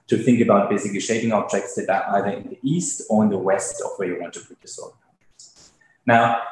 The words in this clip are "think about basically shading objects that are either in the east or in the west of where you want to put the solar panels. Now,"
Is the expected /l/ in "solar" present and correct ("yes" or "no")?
no